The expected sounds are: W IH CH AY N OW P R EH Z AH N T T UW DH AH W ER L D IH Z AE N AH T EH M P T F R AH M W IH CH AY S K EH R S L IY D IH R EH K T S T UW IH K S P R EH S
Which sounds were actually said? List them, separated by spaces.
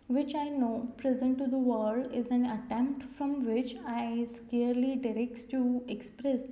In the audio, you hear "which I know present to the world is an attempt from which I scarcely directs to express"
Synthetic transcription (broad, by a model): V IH CH AY N OW P R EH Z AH N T T UW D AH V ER D IH Z AE N AH T EH M P T F R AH M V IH CH AY S K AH R L IY D IH R EH K T S T UW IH K S P R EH S